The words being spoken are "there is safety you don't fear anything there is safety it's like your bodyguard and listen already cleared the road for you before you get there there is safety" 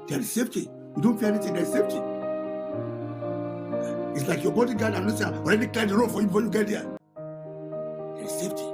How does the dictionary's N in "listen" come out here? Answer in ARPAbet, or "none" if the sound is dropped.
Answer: none